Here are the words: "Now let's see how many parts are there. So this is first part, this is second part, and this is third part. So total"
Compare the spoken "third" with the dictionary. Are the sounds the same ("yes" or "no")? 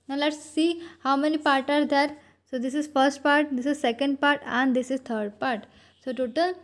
no